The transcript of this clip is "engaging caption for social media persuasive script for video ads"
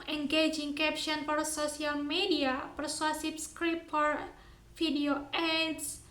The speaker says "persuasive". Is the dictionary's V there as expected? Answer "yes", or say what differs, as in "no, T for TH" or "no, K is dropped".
no, P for V